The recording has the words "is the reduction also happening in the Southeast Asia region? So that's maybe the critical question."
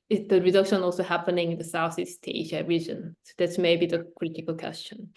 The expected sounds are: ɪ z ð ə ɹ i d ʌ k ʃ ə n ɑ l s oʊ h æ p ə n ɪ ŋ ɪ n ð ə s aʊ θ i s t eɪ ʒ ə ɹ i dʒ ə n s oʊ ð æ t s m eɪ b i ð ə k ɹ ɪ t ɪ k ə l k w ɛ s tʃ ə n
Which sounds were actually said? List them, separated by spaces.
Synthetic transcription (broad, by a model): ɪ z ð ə ɹ i d ʌ k ʃ ə n ɑ l s oʊ h æ p ə n ɪ ŋ ɪ n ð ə s aʊ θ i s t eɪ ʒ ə ɹ i dʒ ə n s oʊ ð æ t s m eɪ b i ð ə k ɹ ɪ t ɪ k ə l k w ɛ s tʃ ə n